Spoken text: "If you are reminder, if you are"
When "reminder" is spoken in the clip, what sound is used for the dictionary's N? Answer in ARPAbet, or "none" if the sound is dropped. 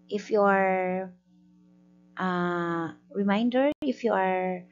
N